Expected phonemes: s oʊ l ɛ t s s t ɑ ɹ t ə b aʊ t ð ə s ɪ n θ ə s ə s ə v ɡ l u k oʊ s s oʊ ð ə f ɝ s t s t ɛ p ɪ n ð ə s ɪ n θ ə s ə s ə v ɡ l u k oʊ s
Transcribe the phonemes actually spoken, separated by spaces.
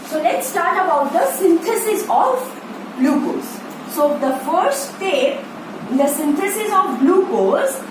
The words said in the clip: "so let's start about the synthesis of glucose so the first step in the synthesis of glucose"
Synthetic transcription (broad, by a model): s oʊ l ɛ t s s t ɑ ɹ t ə b aʊ t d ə s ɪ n t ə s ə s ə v l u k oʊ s s oʊ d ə f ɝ t s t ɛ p ɪ n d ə s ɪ n t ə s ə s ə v l u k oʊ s